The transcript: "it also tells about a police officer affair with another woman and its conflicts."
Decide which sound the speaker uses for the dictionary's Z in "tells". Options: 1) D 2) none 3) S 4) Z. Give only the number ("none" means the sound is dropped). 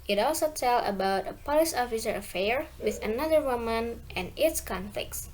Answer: 2